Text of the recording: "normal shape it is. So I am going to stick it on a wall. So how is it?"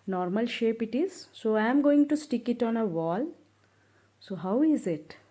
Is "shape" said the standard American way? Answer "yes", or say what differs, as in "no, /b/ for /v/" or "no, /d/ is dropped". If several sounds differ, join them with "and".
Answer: yes